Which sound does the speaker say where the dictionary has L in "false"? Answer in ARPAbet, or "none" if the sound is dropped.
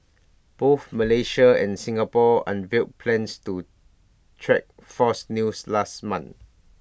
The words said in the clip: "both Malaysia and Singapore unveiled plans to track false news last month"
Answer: none